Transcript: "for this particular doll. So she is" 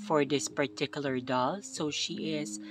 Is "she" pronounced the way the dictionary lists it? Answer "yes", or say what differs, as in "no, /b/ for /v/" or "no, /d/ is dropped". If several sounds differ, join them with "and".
yes